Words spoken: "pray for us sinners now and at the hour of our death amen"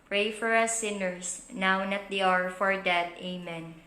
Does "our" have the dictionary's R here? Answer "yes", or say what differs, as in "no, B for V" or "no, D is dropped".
yes